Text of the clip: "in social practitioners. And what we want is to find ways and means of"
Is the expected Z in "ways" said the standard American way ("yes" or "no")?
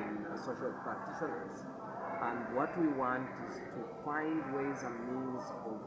yes